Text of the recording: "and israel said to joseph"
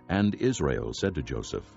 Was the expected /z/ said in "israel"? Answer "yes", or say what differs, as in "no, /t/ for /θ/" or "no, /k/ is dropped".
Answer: yes